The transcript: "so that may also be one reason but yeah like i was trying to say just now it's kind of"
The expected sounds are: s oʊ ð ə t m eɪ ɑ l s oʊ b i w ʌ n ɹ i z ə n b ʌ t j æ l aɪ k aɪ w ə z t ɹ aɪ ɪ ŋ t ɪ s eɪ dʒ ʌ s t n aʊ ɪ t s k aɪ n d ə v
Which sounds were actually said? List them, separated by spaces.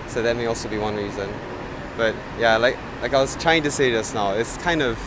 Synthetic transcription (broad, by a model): s oʊ ð ə t m eɪ ɑ l s oʊ b i w ʌ n ɹ i z ə n b ʌ t j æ l aɪ k aɪ w ə z t ɹ aɪ ɪ ŋ t ɪ s eɪ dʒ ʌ s n aʊ ɪ t s k aɪ n d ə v